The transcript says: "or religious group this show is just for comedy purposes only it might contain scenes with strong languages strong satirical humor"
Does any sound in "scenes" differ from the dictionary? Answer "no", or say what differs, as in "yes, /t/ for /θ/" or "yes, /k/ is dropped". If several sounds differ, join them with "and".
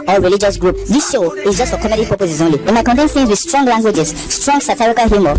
yes, /θ/ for /s/